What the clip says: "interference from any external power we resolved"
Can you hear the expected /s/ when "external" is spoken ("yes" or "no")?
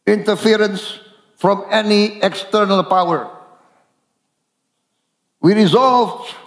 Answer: yes